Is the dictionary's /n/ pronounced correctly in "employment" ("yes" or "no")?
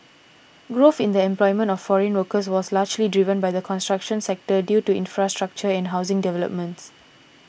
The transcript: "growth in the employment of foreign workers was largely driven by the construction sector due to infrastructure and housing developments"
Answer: yes